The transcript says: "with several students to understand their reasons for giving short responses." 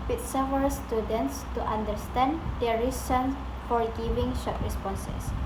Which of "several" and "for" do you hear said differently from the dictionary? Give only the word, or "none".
several